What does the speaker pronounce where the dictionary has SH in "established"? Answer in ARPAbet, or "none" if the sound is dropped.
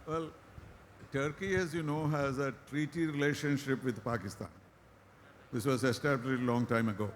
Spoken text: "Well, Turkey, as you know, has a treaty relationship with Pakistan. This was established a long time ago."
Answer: none